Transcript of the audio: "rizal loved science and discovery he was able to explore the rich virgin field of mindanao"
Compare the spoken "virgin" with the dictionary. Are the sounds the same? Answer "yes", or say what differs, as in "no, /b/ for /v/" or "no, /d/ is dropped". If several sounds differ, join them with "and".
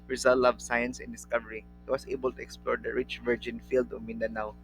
yes